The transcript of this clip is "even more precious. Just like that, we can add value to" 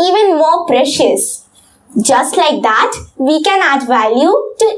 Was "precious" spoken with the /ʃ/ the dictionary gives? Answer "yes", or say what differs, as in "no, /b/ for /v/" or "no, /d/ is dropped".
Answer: yes